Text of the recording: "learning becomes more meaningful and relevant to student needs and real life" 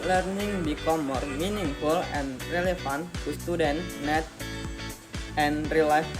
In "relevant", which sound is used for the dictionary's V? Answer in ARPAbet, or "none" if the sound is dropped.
F